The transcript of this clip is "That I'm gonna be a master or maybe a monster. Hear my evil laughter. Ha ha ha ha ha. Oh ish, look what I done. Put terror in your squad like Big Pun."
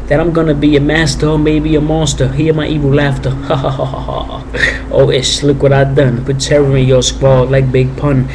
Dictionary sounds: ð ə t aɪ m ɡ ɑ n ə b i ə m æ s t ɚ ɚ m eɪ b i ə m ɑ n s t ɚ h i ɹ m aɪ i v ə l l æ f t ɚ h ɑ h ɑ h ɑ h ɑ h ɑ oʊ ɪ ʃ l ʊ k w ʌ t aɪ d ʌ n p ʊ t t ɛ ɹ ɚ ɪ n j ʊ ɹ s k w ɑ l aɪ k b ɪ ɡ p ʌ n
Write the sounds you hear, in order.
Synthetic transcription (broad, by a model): ð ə t aɪ m ɡ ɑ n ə b i ə m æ s t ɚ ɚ m eɪ b i ə m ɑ s t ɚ h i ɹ m aɪ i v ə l l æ f t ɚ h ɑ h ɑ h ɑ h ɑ h ɑ oʊ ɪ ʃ l ʊ k w ʌ t aɪ d ʌ n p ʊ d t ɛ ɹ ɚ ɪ j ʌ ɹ s k w ɑ l aɪ k b ɪ ɡ p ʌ n